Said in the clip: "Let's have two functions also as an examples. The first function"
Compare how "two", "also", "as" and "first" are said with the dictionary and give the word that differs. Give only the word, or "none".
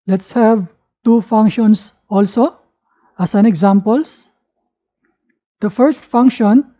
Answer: as